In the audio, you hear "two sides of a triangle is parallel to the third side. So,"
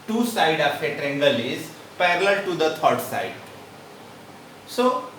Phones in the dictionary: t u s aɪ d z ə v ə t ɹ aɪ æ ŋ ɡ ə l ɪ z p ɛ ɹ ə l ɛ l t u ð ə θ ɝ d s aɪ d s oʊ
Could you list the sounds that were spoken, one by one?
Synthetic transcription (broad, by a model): t u s aɪ d ə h ə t ɹ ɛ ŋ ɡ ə l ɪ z p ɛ ɹ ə l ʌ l t u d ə t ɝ d s aɪ d s oʊ